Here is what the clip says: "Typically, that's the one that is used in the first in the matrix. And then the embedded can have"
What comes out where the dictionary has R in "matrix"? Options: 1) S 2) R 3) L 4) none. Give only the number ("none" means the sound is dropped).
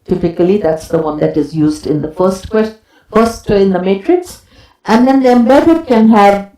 2